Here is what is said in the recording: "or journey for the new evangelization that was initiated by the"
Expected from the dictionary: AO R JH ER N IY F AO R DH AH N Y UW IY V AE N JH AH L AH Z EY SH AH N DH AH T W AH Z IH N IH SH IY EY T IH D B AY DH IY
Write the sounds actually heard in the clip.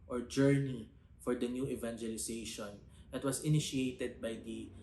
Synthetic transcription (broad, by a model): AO R JH ER N IY F AO R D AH N Y UW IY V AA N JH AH L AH S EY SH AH N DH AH T W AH S IH N IH SH IY EY T IH D B AY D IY